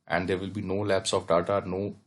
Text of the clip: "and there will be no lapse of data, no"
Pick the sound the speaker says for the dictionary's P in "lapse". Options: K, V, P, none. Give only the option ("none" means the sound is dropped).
P